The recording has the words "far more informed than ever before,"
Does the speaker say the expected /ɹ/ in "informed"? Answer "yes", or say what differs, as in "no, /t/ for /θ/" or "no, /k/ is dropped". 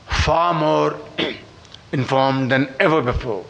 yes